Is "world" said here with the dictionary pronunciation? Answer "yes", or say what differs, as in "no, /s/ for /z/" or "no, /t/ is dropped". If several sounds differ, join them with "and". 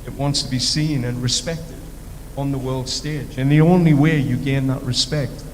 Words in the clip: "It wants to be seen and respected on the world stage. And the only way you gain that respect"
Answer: yes